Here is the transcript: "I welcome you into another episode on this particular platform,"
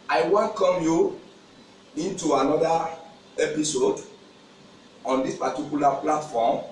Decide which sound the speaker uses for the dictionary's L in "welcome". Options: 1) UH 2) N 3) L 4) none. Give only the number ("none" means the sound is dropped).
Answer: 2